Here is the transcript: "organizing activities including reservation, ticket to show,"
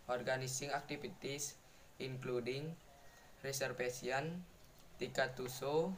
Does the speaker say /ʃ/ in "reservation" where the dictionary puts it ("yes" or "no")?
no